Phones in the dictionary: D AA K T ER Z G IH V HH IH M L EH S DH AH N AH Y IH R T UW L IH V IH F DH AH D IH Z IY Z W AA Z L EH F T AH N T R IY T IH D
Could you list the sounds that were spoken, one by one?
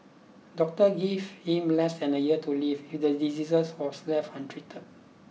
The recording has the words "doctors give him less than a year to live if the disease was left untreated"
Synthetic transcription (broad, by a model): D AA K T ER G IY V HH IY M L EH S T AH N AH Y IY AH T UW L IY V IH F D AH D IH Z IY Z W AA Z L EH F AH N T R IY T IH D